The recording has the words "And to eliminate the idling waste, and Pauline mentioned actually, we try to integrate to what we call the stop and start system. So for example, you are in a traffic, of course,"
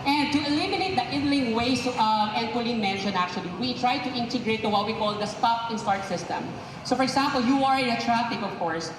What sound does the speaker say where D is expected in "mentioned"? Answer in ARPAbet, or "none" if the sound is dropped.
none